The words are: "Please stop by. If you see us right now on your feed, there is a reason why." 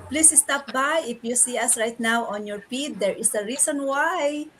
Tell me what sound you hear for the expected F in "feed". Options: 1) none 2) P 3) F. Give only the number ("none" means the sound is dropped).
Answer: 2